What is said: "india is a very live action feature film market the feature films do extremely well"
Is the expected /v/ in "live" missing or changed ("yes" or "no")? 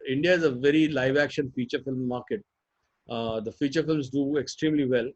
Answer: no